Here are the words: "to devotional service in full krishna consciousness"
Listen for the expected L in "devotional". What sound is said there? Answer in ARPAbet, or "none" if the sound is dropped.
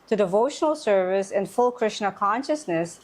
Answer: L